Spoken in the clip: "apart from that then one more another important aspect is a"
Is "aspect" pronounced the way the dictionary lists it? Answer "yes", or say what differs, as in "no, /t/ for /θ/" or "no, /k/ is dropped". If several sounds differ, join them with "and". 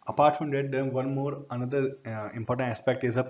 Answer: yes